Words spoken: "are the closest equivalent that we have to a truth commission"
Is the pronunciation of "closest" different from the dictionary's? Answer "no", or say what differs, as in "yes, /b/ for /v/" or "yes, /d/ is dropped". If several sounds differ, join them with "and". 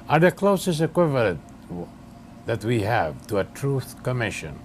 yes, /t/ is dropped